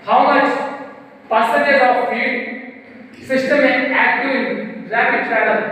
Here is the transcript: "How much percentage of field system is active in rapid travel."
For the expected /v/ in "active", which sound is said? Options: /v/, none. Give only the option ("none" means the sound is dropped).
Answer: none